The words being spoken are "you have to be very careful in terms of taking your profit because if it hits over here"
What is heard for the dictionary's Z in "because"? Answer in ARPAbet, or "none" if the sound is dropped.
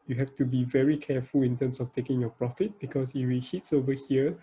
S